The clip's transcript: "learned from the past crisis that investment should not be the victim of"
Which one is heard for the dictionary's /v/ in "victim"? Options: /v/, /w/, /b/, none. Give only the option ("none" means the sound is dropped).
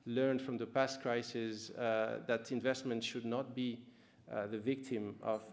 /v/